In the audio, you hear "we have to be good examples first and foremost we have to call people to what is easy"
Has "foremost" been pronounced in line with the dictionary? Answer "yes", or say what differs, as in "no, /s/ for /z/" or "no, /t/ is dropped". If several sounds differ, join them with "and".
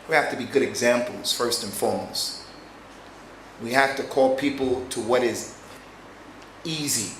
no, /l/ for /ɹ/